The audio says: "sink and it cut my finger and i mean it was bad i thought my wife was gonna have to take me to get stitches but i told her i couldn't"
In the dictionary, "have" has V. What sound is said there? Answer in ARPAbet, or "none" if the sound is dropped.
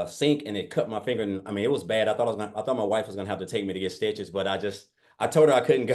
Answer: F